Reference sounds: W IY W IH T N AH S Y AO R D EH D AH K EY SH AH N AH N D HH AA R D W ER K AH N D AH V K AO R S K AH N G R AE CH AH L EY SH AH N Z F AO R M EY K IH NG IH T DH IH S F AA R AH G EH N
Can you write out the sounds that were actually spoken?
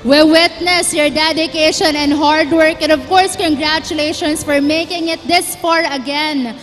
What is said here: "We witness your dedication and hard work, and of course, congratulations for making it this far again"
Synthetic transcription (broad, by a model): W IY W IH T N AH S Y AO R D EH D AH K EY SH AH N AH N D HH AA R D W ER K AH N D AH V K AO R S K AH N G R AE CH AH L EY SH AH N S F AO R M EY K IH NG IH T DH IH S P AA R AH G EH N